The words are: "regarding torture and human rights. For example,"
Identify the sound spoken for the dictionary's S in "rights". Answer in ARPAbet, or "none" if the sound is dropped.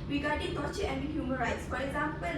S